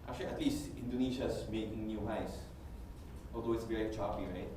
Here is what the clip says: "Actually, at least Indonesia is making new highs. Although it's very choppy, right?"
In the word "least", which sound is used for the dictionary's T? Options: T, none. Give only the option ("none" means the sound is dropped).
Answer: T